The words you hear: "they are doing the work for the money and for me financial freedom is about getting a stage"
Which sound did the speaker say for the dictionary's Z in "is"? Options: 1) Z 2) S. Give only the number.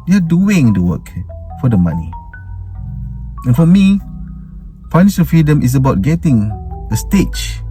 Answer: 2